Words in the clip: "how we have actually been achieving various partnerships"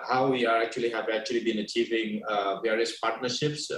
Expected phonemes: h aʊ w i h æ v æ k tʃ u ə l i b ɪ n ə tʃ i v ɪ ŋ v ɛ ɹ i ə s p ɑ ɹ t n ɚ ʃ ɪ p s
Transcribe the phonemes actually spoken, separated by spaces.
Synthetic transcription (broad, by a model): h aʊ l i h æ v æ k tʃ u ə l i b ɪ n ə tʃ i v ɪ ŋ v ɛ ɹ i ə s p ɑ ɹ t n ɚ ʃ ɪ p s